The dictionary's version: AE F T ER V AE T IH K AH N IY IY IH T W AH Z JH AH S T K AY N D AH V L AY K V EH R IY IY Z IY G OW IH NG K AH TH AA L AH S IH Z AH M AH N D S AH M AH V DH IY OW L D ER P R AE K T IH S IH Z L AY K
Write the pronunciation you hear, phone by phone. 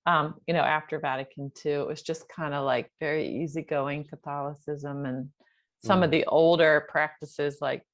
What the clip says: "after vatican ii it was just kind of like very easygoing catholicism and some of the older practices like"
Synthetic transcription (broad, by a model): AE F T ER V AE T IH K AH N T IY IH T W AH Z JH AH S K AY N D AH L AY K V EH R IY IY Z IY G OW IH NG K AH TH AA L AH S IH Z AH M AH N S AH M AH V DH IY OW L D ER P R AE K T IH S IH Z L AY K